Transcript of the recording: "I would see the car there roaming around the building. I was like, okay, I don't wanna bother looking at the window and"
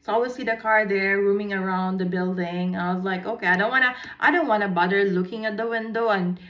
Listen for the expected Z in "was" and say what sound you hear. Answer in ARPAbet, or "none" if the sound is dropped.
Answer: Z